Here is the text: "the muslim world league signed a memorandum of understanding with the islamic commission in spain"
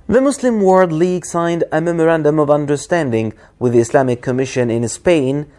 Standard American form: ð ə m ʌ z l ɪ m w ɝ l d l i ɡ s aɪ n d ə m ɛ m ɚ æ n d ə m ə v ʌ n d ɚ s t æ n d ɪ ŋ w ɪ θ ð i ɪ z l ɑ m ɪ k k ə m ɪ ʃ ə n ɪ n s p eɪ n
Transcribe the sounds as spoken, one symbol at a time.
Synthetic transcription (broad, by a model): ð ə m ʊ s l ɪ m w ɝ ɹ d l i ɡ s aɪ n d ə m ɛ m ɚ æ n d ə m ə v ʌ n d ɚ s t æ n d ɪ ŋ w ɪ ð i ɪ s l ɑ m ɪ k k ə m ɪ ʃ ə n ɪ n s p eɪ n